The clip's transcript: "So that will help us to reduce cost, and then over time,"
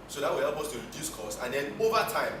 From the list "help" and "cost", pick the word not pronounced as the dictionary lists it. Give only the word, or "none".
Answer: cost